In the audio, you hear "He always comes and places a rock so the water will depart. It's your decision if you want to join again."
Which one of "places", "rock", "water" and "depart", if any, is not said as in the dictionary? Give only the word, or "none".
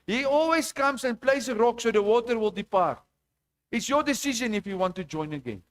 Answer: places